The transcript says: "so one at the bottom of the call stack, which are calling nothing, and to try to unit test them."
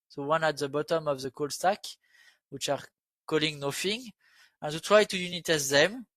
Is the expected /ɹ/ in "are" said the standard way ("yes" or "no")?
yes